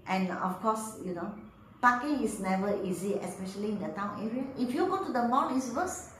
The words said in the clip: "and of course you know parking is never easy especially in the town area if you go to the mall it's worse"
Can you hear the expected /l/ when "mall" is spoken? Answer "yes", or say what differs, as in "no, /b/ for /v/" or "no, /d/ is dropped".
no, /n/ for /l/